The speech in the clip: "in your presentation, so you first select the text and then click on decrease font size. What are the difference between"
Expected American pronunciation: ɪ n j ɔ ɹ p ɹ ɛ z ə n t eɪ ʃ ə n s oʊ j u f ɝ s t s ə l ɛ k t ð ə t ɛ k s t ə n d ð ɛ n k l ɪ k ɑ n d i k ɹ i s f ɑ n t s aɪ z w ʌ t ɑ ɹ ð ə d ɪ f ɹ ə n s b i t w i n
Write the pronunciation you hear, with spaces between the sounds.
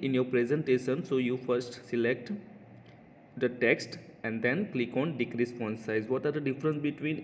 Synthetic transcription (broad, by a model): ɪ n j ɔ ɹ p ɹ ɛ z ə n t eɪ ʃ ə n s oʊ j u f ɝ s t s ə l ɛ k t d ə t ɛ k s t ə n d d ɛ n k l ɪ k ɑ n d i k ɹ i s p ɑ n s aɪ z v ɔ t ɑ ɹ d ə d ɪ f ɹ ə n s b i t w i n